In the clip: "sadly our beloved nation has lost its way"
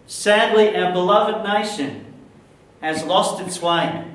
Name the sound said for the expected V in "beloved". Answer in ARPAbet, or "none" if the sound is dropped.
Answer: V